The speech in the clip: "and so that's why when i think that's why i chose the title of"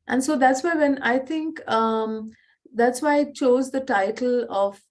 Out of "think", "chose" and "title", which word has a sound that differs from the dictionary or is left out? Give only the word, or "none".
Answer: think